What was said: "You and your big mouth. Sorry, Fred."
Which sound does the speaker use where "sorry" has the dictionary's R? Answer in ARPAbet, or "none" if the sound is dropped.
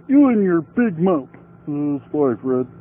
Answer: none